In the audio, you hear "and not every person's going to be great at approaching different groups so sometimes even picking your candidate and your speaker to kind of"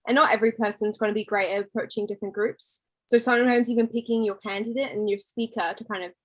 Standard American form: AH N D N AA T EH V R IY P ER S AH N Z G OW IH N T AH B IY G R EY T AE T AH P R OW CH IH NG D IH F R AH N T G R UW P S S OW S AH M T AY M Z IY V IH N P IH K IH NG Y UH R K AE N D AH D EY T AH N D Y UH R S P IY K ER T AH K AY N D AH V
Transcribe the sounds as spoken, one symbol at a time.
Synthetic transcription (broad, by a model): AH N N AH T EH V R IY P ER S AH N Z G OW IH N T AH B IY G R EY IH T AH P R OW CH IH NG D IH F R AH N G R UW P S S OW S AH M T AY M Z IY V IH N P IH K IH NG Y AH R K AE N D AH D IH T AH N Y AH R S P IY K ER T AH K AY N D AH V